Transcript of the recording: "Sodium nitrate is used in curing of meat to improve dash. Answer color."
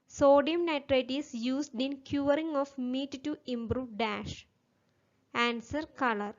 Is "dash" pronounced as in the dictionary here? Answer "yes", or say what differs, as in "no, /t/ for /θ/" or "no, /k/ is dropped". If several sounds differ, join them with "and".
yes